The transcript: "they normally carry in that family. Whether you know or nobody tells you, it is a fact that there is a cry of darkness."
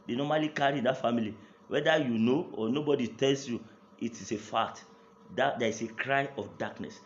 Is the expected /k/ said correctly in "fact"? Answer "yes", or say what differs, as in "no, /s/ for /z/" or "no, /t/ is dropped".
no, /k/ is dropped